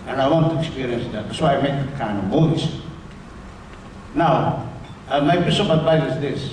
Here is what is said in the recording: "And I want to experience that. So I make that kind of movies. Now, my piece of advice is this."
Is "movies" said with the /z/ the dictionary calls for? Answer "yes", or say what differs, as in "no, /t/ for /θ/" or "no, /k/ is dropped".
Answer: no, /s/ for /z/